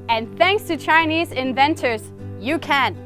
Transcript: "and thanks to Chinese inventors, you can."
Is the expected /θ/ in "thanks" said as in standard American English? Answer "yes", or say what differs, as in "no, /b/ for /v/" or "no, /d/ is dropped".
yes